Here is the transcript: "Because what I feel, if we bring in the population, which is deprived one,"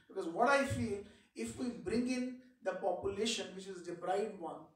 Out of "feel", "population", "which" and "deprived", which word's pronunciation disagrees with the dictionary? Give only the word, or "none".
deprived